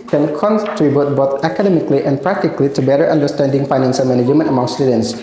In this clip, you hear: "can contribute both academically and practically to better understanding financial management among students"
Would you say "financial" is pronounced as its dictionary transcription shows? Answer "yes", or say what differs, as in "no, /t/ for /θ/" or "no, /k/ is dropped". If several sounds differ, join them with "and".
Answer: no, /s/ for /ʃ/